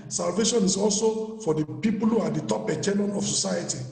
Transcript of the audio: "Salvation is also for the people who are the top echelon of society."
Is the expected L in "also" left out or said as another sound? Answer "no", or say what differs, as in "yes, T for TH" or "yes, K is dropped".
no